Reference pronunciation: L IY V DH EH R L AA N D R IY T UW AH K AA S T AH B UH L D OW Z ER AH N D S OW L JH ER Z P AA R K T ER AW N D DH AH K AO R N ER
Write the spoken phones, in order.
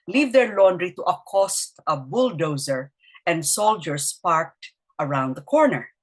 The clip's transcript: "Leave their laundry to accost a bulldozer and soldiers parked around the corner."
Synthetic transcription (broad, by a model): L IY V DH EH R L AA N D R IY T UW AH K AA S T AH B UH L D OW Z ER AH N D S OW L JH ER S P AA R K T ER AW N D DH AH K AO R N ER